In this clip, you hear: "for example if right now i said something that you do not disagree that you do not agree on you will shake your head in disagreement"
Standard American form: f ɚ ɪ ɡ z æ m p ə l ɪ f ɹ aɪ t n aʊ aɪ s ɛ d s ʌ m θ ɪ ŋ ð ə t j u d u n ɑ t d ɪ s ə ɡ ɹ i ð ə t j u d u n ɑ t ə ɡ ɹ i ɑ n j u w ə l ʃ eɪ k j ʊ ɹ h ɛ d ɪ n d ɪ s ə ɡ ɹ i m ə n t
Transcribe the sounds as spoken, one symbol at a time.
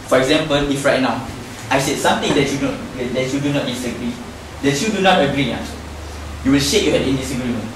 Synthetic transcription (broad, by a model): f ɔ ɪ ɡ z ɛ m p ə l ɪ f ɹ aɪ t n aʊ aɪ s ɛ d s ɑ m t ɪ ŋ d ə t j u d u n ɑ t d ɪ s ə ɡ ɹ i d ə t j u d u n ɑ t ə ɡ ɹ i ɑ j u w ə l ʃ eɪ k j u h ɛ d ɪ n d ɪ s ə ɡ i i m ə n